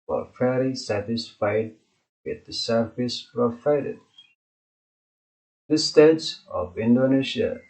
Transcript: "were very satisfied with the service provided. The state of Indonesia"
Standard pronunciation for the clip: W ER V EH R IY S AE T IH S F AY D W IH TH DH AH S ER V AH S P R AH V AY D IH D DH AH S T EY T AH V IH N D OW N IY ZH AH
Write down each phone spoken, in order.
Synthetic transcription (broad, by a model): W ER F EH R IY S AE T IH S F AY D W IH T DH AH S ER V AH S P R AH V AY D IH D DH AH S T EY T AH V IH N D OW N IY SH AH